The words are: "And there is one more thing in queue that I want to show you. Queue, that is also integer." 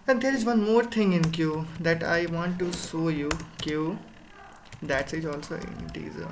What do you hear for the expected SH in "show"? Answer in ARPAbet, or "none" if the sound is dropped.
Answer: S